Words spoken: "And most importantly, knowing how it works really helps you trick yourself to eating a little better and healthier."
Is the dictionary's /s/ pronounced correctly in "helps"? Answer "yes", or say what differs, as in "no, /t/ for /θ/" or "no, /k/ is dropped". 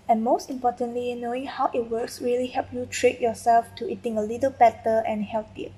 no, /s/ is dropped